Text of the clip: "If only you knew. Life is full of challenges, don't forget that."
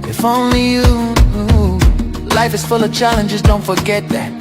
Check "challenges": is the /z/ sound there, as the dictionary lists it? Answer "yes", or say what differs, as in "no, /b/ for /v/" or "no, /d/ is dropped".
yes